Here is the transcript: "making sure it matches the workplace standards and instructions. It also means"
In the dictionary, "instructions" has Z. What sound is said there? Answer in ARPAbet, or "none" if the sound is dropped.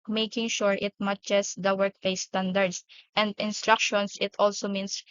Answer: S